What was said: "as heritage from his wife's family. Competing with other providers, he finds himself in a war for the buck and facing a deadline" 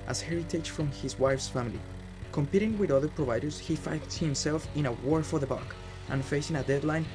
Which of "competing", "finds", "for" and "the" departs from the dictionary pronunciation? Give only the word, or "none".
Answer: finds